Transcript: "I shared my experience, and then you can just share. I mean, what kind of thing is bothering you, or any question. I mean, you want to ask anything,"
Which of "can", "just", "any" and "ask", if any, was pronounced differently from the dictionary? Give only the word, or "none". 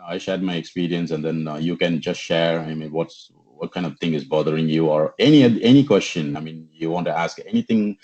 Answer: none